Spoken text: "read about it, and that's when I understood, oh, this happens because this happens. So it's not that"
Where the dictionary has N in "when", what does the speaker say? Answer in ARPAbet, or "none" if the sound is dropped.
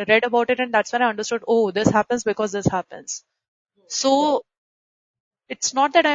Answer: none